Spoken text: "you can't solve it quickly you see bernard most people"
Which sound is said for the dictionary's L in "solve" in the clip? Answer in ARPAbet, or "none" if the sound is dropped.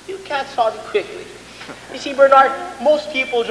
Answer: none